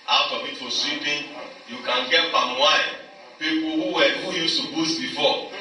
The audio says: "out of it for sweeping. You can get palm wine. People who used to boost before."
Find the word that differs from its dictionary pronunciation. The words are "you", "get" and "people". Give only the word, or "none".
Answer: people